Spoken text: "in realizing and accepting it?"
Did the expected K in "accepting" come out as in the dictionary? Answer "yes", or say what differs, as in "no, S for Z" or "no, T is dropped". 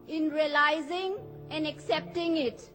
yes